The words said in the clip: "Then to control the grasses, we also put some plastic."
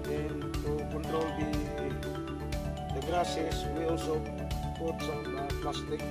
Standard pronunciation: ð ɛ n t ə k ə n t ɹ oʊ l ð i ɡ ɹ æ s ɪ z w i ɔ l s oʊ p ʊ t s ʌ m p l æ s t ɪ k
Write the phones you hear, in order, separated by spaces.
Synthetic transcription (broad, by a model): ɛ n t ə k ə n t ɹ oʊ l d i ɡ ɹ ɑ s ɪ s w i ɔ l s oʊ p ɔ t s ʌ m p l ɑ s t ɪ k